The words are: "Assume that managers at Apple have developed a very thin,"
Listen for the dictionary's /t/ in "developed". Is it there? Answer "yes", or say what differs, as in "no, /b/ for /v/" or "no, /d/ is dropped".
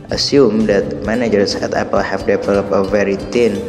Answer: no, /t/ is dropped